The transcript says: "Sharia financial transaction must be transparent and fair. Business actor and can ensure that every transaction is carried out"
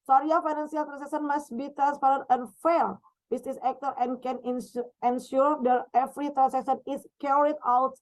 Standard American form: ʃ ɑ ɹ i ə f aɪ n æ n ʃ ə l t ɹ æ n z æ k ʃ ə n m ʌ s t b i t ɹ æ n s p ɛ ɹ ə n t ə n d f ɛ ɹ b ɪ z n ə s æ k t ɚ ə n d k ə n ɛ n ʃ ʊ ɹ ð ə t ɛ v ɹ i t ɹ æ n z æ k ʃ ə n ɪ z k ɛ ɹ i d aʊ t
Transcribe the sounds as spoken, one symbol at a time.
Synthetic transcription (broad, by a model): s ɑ ɹ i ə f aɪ n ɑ n s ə l t ɹ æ n s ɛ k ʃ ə n m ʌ s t b i t ɹ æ n s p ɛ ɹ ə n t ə n f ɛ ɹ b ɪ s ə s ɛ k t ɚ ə n k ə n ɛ n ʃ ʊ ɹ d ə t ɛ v ɹ i t ɹ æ n s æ k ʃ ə n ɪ s k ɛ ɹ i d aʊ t